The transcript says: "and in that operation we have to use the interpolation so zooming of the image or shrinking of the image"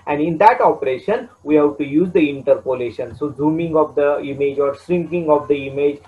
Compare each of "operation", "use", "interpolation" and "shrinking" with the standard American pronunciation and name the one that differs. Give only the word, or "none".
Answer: shrinking